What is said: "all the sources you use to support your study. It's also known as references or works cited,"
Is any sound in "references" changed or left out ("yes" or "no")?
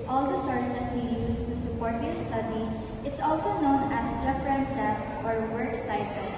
yes